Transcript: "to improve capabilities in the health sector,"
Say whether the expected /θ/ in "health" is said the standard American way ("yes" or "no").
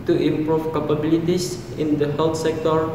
no